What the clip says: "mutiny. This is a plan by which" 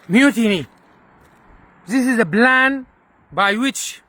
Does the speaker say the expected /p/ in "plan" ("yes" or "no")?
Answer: no